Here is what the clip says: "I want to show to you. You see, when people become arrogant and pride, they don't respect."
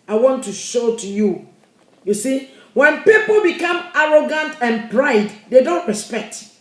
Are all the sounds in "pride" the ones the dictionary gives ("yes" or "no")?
yes